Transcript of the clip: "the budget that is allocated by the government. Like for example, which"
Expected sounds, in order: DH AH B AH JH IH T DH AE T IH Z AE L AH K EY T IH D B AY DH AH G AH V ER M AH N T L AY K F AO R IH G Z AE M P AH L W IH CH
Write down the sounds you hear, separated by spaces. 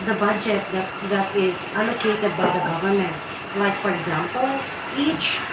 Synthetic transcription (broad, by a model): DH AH B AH JH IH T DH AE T IH Z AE L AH K EY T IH D B AY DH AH G AH V ER M AH N T L AY K F AO R IH G Z AE M P AH L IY CH